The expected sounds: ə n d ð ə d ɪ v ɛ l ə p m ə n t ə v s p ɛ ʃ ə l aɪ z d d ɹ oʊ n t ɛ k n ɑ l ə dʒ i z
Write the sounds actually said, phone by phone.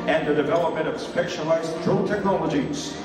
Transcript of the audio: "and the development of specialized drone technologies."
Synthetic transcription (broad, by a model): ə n ð ə d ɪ v ɛ l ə p m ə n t ə v s p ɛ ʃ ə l aɪ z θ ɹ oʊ l t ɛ k n ɑ l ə dʒ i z